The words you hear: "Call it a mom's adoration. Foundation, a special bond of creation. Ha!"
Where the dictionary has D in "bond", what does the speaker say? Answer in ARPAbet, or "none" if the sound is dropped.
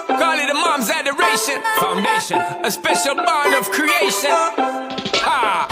none